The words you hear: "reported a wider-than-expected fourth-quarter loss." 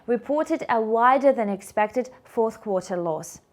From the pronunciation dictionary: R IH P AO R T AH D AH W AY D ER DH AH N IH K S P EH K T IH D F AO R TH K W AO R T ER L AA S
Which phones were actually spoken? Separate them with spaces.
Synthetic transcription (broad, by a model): R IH P AO R T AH D AH W AY D ER DH AH N IH K S P EH K T IH D F AO R TH K W AO R T ER L AA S